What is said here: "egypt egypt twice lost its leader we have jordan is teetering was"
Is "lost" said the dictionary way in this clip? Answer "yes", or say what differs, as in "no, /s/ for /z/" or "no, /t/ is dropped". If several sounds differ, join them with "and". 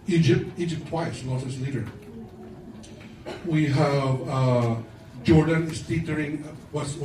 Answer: no, /t/ is dropped